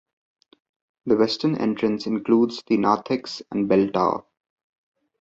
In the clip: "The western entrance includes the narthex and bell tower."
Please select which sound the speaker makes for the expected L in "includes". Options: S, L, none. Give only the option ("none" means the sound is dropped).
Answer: L